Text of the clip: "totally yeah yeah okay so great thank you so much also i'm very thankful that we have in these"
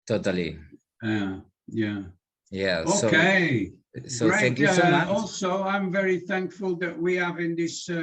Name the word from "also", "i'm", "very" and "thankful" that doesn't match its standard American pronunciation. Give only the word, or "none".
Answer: none